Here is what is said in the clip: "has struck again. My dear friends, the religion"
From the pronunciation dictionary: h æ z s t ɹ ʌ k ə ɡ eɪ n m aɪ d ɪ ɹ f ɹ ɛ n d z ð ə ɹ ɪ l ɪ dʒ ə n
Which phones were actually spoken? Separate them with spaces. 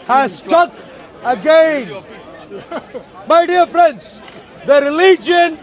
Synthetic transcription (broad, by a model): h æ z s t ʌ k ə ɡ eɪ n m aɪ d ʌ ɹ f ɹ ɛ n d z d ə ɹ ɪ l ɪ dʒ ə n